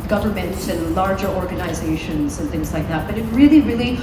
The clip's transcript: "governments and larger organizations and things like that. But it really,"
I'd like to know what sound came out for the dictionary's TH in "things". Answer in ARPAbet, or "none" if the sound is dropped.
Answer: TH